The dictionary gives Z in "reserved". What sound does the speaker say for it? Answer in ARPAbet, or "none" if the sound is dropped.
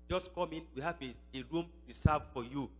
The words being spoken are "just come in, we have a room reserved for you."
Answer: S